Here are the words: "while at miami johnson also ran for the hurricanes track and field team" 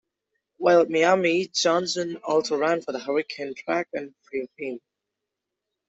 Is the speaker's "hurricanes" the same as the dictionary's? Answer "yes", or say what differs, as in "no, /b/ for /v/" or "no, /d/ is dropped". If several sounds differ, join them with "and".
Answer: no, /z/ is dropped